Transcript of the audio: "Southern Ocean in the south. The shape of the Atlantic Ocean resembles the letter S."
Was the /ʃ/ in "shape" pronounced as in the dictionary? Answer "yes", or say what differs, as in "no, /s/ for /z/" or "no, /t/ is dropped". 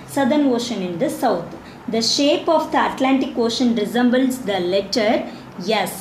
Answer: yes